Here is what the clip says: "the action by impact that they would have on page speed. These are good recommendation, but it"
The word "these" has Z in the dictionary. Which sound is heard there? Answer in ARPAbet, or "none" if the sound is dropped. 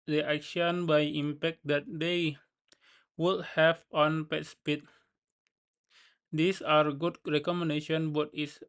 S